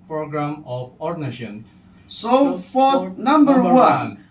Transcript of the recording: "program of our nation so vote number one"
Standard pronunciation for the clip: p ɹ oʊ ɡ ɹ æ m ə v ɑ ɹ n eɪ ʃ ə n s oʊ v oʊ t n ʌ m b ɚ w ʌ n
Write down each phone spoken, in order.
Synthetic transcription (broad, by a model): p ɹ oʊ ɡ ɹ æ m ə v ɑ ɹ n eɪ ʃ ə n s oʊ f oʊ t n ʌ m b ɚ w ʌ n